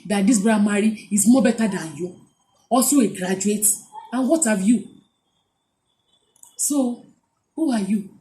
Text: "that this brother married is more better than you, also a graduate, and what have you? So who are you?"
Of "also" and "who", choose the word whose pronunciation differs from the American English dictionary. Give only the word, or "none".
also